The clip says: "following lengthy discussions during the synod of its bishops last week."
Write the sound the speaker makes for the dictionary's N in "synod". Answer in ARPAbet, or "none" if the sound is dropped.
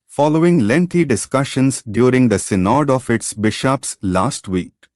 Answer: N